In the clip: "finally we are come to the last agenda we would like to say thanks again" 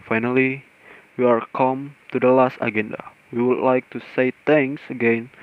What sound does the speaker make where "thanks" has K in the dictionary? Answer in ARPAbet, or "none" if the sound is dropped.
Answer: none